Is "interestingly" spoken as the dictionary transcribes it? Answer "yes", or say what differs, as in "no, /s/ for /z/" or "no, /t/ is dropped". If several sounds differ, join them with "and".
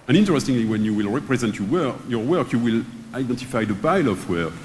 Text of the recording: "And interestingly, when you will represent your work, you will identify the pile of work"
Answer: yes